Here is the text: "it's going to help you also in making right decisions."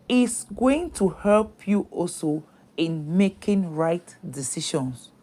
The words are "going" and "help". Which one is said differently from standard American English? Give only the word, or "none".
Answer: none